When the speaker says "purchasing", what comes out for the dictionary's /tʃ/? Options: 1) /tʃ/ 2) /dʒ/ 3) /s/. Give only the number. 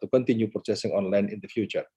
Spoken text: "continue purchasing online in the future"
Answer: 3